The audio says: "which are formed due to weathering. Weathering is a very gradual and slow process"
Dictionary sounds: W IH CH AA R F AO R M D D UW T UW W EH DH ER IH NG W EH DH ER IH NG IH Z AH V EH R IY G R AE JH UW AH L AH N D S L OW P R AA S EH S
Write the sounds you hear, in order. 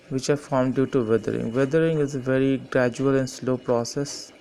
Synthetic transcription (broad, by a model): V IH CH AA R F AO R M D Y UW T UW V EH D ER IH NG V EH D ER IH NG IH Z AH V EH R IY G R AE JH UW AH L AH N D S L OW P R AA S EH S